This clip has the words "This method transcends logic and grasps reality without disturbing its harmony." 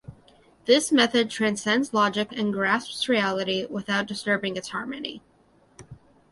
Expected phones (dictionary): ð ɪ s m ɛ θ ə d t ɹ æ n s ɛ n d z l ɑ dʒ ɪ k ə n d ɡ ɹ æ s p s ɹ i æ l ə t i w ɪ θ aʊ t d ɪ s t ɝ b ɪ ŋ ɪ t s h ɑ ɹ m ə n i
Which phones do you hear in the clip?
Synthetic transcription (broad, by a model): ð ɪ s m ɛ θ ə d t ɹ æ n s ɛ n d z l ɑ dʒ ɪ k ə n ɡ ɹ æ s p s ɹ i æ l ə t i w ɪ θ aʊ t d ɪ s t ɝ b ɪ ŋ ɪ t s h ɑ ɹ m ə n i